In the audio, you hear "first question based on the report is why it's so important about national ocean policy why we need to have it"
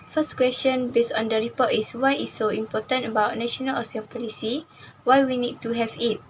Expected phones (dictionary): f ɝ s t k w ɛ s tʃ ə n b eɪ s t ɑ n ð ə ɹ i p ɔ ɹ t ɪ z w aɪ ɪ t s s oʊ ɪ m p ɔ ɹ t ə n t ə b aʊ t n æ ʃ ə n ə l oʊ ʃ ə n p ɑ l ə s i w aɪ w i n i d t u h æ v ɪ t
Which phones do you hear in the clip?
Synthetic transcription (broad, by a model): f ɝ s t k w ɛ s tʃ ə n b eɪ s t ɑ n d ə ɹ i p ɔ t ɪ s w aɪ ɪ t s s oʊ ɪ m p ɔ t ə n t ə b aʊ t n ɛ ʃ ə n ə l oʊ s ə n p ɑ l ə s i w aɪ w i n i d t u h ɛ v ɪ t